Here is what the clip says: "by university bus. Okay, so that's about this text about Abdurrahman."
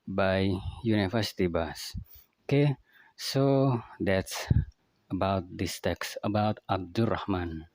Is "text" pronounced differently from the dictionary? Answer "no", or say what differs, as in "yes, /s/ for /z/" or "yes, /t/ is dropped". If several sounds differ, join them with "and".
no